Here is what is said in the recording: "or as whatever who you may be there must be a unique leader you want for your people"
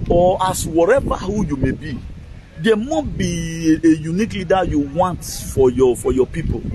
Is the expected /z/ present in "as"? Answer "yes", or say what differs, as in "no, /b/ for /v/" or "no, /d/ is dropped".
no, /s/ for /z/